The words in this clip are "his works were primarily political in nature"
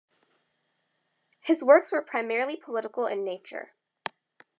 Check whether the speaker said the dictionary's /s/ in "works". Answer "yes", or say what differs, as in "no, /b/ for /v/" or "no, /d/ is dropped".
yes